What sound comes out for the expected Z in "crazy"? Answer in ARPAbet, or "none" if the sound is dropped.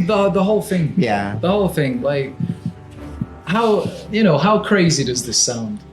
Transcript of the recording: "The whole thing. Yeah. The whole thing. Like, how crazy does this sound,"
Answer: Z